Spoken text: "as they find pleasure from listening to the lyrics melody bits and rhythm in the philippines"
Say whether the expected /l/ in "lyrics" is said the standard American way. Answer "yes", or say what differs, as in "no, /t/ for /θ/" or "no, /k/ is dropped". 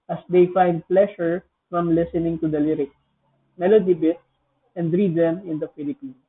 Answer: yes